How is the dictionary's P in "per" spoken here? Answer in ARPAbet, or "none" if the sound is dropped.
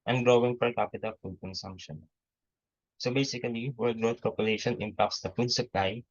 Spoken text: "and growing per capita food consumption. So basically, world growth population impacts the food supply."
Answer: F